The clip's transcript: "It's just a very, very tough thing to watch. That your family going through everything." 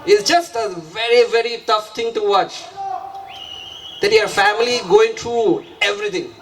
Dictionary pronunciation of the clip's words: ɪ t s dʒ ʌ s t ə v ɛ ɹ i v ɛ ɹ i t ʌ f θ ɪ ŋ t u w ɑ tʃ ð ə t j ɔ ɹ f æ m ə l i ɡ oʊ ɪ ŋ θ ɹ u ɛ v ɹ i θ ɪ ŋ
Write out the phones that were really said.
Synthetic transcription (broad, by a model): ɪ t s dʒ ʌ s t ə v ɛ ɹ i v ɛ ɹ i t ʌ f t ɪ ŋ t u w ɑ tʃ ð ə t j ɔ ɹ f æ m ə l i ɡ oʊ ɪ ŋ t ɹ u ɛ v ɹ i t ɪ ŋ